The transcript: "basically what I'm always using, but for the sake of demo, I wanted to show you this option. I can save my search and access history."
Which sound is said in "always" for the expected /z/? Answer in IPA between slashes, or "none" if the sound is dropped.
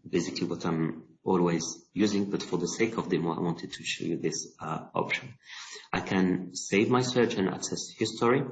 /z/